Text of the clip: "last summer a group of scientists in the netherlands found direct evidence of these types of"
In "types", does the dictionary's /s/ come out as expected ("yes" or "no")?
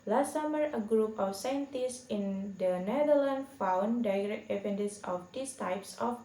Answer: yes